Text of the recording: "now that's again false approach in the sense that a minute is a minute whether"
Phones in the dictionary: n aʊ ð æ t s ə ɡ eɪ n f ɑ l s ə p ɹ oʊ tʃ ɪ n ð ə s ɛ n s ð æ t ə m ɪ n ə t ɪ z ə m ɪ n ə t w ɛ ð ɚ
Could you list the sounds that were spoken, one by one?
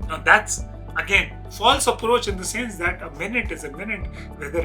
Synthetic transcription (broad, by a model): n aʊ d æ t s ə ɡ eɪ n f ɑ l s ə p ɹ oʊ tʃ ɪ n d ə s ɛ n s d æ t ə m ɪ n ə t ɪ z ə m ɪ n ə t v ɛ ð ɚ